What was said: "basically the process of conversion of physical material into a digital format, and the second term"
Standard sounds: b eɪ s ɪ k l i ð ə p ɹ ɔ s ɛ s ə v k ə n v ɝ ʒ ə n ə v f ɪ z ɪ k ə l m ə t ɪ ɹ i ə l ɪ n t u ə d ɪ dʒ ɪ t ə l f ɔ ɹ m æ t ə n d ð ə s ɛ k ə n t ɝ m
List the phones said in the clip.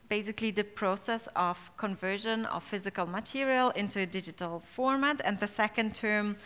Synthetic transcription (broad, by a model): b eɪ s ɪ k l i ð ə p ɹ ɔ s ɛ s ə v k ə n v ɝ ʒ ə n ə v f ɪ z ɪ k ə l m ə t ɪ ɹ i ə l ɪ n t u ə d ɪ dʒ ɪ t ə l f ɔ ɹ m æ t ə n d ð ə s ɛ k ə n t ɝ m